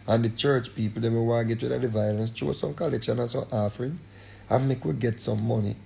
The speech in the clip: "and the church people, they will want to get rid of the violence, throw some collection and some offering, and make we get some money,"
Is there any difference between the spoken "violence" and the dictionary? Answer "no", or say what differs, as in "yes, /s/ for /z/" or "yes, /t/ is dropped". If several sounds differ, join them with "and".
no